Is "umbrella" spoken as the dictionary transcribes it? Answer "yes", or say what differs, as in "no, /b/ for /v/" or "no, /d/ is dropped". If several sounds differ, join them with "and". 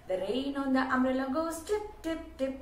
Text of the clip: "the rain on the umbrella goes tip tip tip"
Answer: no, /b/ is dropped